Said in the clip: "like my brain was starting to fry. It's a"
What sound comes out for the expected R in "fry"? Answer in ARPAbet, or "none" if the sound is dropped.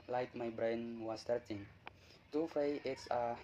none